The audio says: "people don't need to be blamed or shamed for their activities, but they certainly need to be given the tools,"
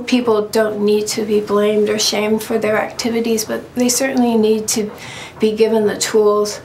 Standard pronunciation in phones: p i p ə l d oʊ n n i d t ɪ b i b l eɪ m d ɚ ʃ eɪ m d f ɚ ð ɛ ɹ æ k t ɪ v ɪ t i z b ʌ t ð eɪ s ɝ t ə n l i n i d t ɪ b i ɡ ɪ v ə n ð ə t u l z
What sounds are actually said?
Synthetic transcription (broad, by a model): p i p l d oʊ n n i d t ɪ b i b l eɪ m d ɚ ʃ eɪ m d f ɚ ð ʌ ɹ æ k t ɪ v ɪ t i z b ʌ t ð eɪ s ɝ t n l i n i d t ɪ b i ɡ ɪ v ə n ð ə t u l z